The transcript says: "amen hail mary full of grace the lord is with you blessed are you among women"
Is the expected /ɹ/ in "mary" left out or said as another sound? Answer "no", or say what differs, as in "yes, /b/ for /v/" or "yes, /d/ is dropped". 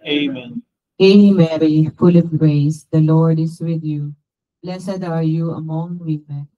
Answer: no